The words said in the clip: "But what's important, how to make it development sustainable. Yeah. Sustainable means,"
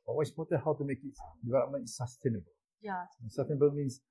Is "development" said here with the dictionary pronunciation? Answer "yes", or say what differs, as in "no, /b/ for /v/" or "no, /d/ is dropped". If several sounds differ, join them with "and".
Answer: no, /p/ is dropped